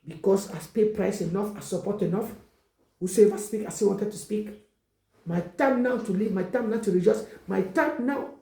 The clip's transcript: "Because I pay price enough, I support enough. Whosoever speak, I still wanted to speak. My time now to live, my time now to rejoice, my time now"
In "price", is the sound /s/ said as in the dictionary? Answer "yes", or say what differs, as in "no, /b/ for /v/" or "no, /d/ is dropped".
yes